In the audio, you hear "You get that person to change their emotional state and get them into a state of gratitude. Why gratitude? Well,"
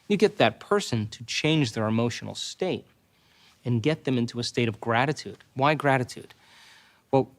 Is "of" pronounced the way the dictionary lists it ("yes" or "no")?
yes